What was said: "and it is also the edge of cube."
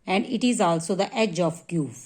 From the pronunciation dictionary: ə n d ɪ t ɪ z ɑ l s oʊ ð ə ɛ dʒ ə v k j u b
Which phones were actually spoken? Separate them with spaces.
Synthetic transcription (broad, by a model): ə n d ɪ t ɪ z ɑ l s oʊ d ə ɛ dʒ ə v k j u